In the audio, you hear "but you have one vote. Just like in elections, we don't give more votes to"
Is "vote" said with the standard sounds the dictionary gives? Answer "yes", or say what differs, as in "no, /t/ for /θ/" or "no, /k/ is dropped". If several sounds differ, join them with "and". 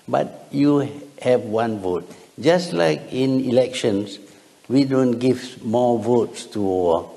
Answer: yes